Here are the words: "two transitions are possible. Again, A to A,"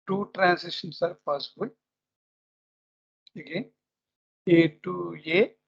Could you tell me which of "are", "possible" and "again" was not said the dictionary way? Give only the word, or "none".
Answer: possible